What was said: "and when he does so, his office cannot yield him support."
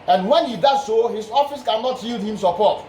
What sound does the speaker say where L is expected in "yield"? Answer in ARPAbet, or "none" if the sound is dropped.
L